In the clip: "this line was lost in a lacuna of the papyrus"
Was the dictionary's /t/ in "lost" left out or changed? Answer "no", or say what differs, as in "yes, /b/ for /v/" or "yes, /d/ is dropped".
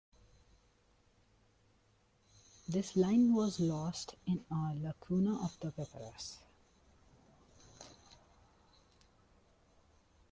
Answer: no